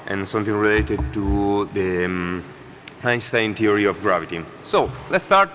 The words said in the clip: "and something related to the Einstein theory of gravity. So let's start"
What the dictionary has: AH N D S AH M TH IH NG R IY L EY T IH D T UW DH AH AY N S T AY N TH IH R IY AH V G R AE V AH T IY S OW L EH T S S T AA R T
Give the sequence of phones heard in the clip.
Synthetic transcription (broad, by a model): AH N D S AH M T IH NG R IY L EY T IH D T UW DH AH AY S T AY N T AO R IY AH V G R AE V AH T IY S OW L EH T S S T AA R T